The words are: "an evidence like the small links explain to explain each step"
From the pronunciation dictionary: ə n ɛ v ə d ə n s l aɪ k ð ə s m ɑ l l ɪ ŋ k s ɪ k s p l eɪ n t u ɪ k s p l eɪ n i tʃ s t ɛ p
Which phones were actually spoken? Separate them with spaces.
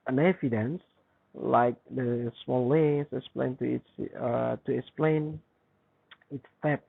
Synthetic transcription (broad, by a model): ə n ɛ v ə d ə n s l aɪ k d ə s m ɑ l l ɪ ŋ s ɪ k s p l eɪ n t u ɪ k s p l eɪ n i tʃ s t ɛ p